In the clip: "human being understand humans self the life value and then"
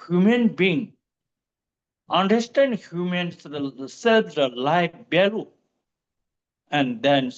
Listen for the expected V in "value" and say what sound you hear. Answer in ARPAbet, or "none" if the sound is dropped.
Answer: B